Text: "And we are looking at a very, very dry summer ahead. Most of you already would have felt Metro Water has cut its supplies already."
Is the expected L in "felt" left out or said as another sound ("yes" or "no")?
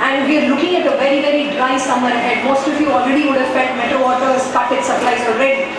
yes